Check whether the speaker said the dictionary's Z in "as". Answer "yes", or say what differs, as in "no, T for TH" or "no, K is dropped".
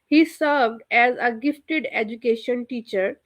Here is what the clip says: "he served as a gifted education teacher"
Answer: yes